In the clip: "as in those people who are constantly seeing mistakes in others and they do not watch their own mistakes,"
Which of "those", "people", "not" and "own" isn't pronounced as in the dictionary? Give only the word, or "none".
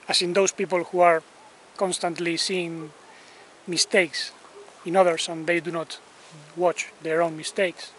those